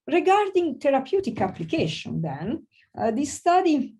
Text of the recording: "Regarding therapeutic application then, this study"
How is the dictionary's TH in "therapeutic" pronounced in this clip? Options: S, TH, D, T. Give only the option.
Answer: T